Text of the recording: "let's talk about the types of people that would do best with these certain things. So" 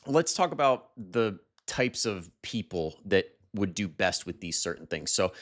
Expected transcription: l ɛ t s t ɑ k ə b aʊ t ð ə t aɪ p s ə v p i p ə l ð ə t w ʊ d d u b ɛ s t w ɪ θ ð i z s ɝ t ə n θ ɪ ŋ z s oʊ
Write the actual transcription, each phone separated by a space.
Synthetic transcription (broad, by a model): l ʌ t s t ɑ k ə b aʊ t ð ə t aɪ p s ə v p i p l ð ə t w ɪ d d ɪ b ɛ s t w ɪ ð i z s ɝ t n θ ɪ ŋ z s oʊ